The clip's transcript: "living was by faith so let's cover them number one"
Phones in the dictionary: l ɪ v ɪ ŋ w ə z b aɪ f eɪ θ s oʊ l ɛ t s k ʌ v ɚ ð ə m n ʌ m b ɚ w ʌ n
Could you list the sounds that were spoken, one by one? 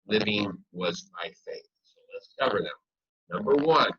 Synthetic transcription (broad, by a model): l ɪ v ɪ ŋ w ə z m aɪ f eɪ θ s oʊ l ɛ t s k ʌ v ɚ ð ə m n ʌ m b ɚ w ʌ n